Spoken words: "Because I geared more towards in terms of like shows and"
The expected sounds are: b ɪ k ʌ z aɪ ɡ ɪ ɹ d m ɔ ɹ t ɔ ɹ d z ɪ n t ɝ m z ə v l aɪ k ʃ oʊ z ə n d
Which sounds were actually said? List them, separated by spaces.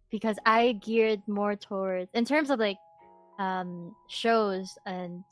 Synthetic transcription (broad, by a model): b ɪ k ʌ z aɪ ɡ ɪ ɹ d m ɔ ɹ t ɔ ɹ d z ɪ n t ɝ m z ə v l aɪ k ʃ oʊ z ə n